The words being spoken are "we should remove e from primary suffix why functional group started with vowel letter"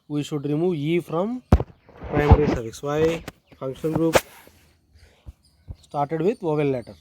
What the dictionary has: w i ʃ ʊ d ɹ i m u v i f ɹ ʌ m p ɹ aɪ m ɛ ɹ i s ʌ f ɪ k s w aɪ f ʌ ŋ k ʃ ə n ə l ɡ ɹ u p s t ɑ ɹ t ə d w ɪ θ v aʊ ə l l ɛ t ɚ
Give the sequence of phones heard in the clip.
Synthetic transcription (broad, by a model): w i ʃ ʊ d ɹ i m u v i f ɹ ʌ m p ɹ aɪ m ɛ ɹ i s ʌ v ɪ s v aɪ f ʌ ŋ k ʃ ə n ɡ ɹ u p s t ɑ ɹ t ə d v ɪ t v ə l l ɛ t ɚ